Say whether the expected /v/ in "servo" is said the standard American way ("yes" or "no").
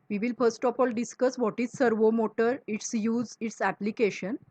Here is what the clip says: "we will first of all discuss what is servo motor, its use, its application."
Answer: yes